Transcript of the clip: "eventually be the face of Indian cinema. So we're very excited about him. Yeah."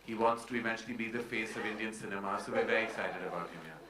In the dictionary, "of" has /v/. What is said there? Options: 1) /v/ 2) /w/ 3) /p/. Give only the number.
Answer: 1